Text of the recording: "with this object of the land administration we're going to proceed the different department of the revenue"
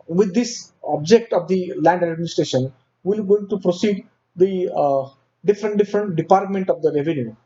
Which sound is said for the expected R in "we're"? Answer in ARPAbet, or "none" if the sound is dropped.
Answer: L